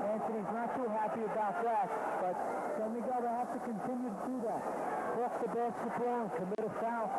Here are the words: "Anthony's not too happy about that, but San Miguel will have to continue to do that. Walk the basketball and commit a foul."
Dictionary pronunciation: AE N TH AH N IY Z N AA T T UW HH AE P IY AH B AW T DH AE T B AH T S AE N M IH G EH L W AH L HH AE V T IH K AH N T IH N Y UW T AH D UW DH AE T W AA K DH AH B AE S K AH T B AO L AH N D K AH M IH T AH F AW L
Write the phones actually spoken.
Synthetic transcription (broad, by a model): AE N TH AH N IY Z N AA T T UW HH AE P IY AH B AW T DH AE T B AH T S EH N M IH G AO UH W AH HH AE F T IH K AH N T IH N Y UW T AH D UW DH AE T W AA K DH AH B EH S AH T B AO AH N K AH M IH T AH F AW